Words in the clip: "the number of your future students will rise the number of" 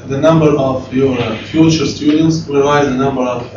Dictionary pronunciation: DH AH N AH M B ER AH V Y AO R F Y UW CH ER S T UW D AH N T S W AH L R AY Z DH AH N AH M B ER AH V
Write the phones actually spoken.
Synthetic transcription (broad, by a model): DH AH N AH M B ER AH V Y AO R F Y UW CH ER S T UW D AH N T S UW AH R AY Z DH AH N AH M B ER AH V